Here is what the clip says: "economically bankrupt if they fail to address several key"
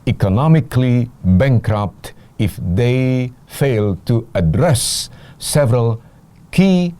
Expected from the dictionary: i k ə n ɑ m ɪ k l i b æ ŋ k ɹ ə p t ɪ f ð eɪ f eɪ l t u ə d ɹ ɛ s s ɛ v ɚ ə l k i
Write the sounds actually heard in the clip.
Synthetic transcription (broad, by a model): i k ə n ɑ m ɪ k l i b æ ŋ k ɹ ə p t ɪ f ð eɪ f eɪ l t u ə d ɹ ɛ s s ɛ v ɚ ə l k i